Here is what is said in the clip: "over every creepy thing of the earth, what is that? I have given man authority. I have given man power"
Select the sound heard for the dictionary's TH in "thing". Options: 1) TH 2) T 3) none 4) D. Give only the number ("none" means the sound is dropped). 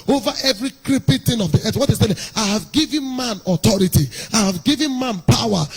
2